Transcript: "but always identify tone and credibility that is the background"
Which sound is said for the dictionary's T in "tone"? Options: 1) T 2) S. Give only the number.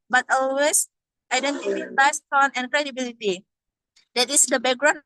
2